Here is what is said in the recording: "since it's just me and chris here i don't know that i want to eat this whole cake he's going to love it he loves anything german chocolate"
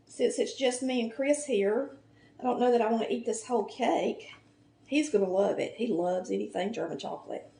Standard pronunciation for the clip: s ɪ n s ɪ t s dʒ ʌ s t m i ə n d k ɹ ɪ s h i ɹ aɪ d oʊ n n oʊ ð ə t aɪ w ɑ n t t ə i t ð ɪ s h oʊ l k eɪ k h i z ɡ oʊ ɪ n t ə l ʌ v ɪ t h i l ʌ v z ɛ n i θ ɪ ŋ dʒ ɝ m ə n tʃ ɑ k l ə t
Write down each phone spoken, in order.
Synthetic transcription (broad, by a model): s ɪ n s ɪ t s dʒ ʌ s t m i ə n k ɹ ɪ s h i ɹ aɪ d oʊ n n oʊ ð ə t aɪ w ɑ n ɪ t i t ð ɪ s h oʊ l k eɪ k h i z ɡ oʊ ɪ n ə l ʌ v ɪ t h i l ʌ v z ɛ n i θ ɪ ŋ dʒ ɝ m ə n tʃ ɑ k l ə t